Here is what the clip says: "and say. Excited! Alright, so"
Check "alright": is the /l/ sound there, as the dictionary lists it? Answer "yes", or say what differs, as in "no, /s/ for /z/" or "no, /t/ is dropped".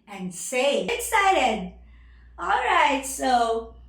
yes